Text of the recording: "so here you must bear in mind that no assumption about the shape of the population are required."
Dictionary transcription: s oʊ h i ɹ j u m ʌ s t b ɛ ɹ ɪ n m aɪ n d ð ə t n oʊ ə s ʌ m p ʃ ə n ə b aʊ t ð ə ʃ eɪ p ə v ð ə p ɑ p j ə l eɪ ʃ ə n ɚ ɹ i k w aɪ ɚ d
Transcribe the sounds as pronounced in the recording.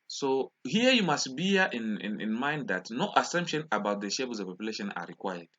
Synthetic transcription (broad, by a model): s oʊ h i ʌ j u m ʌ s t b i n ɪ n m aɪ n d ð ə t n oʊ ə s ʌ m p ʃ ə n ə b aʊ t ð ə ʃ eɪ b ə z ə p ɑ p j ə l eɪ ʃ ə n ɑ ɹ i k w aɪ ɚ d